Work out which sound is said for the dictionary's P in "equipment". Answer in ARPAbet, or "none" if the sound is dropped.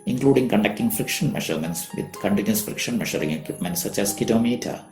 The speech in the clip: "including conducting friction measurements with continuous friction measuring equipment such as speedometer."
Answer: P